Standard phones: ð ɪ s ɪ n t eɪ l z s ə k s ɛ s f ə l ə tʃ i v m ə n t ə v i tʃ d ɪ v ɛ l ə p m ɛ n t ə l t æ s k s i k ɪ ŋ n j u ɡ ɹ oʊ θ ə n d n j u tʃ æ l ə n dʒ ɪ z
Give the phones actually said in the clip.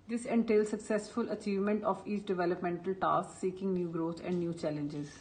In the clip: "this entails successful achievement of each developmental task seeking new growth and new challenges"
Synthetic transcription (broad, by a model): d ɪ s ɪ n t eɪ l s ə k s ɛ s f ə l ə tʃ i v m ə n t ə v i tʃ d ɪ v ɛ l ə p m ɛ n t ə l t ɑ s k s i k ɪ ŋ n j u ɡ ɹ oʊ t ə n d n j u tʃ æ l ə n dʒ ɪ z